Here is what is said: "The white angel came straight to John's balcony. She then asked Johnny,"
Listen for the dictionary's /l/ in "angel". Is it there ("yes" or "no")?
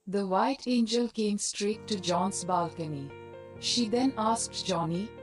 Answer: yes